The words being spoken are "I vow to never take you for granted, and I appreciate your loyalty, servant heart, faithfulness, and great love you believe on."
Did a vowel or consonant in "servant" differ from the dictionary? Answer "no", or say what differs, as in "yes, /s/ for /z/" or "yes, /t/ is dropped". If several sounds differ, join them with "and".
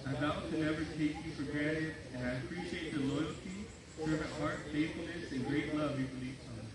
yes, /n/ is dropped